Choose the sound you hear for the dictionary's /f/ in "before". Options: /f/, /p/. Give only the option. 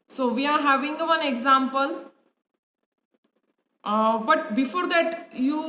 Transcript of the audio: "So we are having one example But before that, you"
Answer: /f/